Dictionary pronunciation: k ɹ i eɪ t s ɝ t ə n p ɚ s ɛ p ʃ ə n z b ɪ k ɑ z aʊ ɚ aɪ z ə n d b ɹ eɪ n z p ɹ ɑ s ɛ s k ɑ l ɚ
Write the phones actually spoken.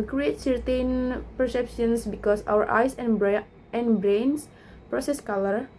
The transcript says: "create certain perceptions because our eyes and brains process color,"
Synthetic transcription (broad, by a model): k ɹ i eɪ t s ɝ t ə n p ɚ s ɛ p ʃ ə n s b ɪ k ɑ s aʊ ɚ aɪ s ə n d b ɹ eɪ n s p ɹ ɑ s ɛ s k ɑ l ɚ